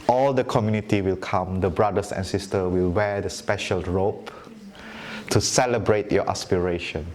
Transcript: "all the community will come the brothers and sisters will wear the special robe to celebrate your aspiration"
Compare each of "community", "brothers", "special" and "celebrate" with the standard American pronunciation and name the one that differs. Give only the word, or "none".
brothers